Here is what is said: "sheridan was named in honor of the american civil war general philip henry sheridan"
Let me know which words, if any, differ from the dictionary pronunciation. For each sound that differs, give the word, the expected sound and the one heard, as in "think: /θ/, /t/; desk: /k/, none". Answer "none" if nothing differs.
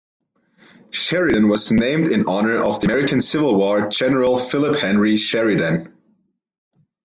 none